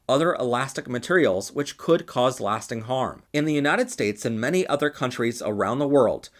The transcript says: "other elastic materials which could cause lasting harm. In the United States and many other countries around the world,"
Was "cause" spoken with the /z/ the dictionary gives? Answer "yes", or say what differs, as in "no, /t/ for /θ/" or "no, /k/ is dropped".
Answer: yes